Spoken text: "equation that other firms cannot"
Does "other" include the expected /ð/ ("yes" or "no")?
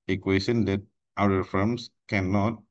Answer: no